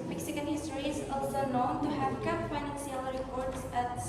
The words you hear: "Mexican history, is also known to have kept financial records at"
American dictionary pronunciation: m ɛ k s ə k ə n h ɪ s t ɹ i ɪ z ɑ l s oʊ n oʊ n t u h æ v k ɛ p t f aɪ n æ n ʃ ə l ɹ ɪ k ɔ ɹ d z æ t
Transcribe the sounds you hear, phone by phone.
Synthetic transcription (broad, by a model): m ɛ k s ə k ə n h ɪ s t ɹ i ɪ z ɑ l s oʊ n oʊ n t u h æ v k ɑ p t f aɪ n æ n s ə l ɹ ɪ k ɔ ɹ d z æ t